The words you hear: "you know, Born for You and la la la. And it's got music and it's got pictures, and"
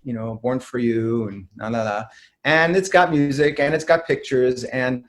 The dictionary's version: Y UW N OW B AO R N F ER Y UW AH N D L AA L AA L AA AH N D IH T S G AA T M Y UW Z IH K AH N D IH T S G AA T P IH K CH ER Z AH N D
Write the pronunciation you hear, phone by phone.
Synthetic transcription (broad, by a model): Y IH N OW B AO R N F ER Y UW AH N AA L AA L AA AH N IH T S G AA T M Y UW Z IH K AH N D IH T S G AA T P IH K CH ER Z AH N